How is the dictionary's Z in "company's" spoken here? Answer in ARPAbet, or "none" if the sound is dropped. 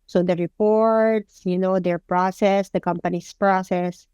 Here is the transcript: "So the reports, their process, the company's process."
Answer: S